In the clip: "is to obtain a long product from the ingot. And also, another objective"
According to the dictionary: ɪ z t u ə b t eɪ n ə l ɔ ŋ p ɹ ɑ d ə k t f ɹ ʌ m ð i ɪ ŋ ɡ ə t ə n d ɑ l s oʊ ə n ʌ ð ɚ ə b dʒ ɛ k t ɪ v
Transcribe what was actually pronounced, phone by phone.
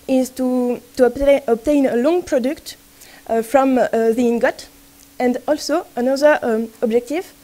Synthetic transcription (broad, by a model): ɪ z t u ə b t eɪ n ə l ɔ ŋ p ɹ ɑ d ə k t f ɹ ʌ m ð i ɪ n ɡ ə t ə n d ɑ l s oʊ ə n ʌ ð ɚ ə b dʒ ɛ k t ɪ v